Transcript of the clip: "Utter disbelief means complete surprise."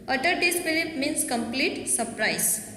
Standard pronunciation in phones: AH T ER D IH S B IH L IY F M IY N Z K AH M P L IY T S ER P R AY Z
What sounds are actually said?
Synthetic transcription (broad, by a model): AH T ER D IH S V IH L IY P M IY N S K AH M P L IY T S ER P R AY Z